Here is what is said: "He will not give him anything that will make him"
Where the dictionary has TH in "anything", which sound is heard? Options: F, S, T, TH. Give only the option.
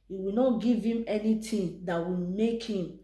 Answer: T